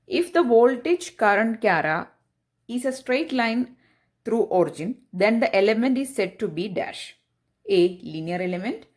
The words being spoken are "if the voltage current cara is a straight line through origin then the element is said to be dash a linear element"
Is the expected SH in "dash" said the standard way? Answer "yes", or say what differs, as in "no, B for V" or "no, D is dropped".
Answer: yes